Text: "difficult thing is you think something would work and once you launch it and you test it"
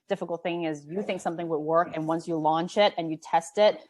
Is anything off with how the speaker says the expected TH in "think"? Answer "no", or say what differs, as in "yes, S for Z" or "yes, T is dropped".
no